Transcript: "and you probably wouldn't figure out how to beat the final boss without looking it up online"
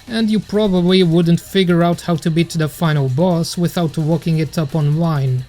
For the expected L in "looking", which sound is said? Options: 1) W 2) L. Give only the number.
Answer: 1